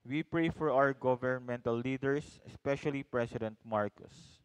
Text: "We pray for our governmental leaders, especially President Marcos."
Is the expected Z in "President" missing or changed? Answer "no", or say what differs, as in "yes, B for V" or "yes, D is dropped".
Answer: yes, S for Z